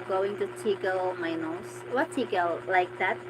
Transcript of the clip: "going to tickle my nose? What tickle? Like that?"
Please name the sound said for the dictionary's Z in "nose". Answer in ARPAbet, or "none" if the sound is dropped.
S